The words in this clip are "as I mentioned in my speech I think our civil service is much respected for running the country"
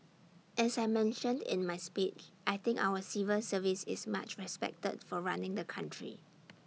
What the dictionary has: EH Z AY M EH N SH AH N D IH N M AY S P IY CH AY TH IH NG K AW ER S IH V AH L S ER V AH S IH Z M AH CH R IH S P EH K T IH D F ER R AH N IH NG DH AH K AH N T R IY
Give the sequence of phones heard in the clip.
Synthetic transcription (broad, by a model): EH S AY M EH N SH AH N D IH N M AY S P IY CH AY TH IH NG K AW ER S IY V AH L S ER V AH S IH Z M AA CH R IH S P EH K T IH D F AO R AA N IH NG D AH K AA N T R IY